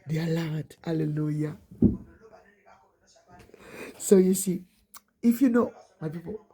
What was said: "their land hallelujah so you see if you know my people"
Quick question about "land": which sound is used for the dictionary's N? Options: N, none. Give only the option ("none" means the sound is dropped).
none